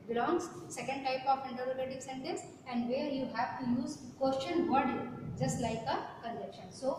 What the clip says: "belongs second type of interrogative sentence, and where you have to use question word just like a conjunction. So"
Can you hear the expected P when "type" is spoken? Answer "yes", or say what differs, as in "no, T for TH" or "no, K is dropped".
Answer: yes